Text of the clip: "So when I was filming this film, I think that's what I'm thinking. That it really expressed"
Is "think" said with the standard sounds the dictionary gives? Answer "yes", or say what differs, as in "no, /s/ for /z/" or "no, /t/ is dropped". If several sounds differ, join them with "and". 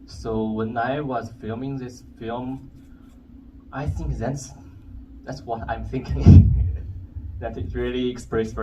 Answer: yes